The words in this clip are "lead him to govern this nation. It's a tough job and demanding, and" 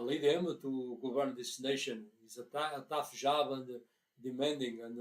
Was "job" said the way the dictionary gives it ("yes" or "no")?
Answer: no